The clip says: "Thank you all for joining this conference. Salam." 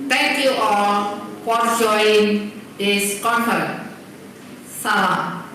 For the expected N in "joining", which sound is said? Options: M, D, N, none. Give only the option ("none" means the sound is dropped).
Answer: none